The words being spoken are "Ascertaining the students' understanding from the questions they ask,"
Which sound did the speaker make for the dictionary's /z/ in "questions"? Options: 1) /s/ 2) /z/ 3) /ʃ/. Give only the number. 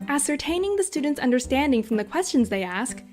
2